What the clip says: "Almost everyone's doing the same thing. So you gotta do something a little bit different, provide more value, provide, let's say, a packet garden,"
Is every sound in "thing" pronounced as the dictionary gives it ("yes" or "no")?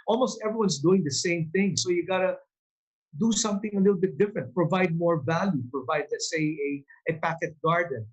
yes